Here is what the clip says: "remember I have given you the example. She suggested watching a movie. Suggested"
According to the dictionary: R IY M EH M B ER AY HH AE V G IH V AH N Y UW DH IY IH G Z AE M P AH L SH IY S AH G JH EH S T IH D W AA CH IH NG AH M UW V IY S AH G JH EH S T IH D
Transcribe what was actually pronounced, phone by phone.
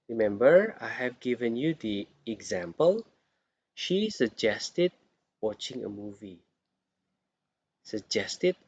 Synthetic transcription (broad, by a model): R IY M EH M B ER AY HH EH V G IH V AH N Y UW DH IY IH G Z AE M P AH L SH IY S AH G JH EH S T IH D W AA CH IH NG AH M UW V IY S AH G JH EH S T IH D